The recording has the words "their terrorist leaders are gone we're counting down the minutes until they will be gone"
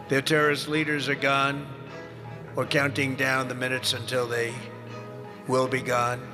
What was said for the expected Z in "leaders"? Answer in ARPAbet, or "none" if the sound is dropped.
Z